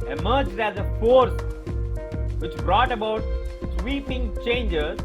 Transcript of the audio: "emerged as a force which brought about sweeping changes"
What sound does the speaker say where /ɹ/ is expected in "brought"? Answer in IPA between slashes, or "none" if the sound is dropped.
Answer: /ɹ/